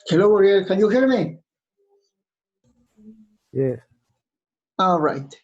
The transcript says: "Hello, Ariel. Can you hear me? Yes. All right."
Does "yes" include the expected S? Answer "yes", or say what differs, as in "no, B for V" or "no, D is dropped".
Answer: no, S is dropped